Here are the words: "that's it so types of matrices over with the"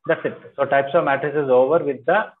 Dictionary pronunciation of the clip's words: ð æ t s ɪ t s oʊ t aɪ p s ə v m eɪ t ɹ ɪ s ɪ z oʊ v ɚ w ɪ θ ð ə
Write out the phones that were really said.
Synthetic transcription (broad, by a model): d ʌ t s ɪ t s oʊ t aɪ p s ə v m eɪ t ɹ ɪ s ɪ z oʊ v ɚ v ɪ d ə